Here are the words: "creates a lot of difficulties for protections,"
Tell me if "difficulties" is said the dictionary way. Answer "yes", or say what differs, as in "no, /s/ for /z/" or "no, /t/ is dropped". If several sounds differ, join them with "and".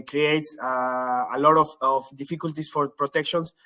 no, /s/ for /z/